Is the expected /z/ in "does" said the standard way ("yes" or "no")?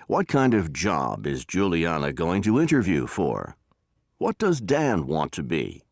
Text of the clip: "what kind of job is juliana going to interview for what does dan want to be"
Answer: yes